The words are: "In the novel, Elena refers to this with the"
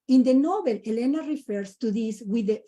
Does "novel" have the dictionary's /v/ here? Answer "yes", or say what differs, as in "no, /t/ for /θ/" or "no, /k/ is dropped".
no, /b/ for /v/